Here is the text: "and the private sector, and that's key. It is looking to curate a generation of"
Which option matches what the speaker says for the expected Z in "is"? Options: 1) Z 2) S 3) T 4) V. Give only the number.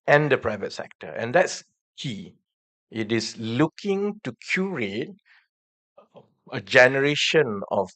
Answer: 2